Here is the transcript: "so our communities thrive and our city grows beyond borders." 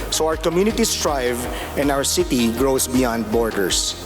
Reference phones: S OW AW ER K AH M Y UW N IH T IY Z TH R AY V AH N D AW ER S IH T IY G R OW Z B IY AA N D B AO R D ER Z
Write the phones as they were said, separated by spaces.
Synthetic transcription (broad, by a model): S OW AW ER K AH M Y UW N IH T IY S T R AY V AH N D AW ER S IH T IY G R OW S B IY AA N D B AO R D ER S